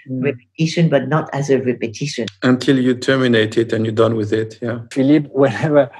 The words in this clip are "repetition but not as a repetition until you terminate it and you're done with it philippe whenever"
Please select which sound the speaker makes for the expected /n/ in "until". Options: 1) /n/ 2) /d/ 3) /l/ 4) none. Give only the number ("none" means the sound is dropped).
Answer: 1